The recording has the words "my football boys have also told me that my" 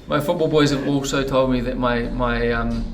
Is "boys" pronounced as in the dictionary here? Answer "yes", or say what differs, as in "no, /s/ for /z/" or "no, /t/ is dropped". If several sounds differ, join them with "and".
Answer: yes